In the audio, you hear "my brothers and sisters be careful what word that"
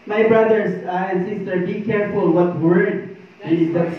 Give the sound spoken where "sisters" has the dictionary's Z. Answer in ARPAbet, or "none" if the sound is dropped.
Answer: none